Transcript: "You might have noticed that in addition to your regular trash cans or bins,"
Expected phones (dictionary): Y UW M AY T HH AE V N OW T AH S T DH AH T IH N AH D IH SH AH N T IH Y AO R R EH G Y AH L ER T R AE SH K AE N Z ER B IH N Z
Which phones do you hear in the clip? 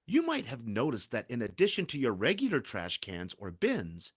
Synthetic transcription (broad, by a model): Y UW M AY T HH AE V N OW T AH S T DH AH T IH N AH D IH SH AH N T IH Y AO R R EH G Y L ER T R AE SH K AE N Z ER B IH N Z